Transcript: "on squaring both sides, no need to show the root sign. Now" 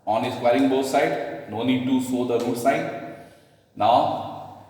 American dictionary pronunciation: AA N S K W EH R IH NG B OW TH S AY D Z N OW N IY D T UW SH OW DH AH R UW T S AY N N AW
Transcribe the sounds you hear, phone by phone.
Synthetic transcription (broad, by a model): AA N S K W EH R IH NG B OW S AY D N OW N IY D T UW S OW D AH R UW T S AY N N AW